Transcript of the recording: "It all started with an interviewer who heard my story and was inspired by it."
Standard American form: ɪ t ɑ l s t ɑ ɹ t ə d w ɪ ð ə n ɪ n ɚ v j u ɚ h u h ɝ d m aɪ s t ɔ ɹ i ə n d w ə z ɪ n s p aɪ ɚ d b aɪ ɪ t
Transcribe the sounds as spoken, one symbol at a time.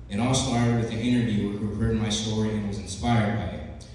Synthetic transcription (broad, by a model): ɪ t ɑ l s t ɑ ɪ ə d w ɪ ð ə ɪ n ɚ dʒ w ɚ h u h ɝ d m aɪ s t ɔ ɹ i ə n w ə z ɪ n s p aɪ ɚ d b aɪ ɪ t